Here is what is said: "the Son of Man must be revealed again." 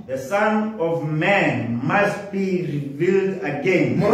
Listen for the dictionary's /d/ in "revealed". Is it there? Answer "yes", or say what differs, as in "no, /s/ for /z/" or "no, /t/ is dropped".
yes